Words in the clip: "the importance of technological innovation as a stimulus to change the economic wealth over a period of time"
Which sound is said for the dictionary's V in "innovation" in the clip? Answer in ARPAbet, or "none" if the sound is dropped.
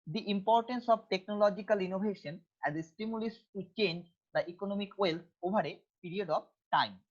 B